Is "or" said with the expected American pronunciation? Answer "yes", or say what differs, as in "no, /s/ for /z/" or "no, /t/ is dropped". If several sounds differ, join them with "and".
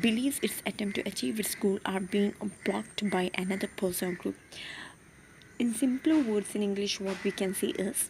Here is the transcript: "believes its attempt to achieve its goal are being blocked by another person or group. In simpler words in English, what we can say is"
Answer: no, /l/ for /ɹ/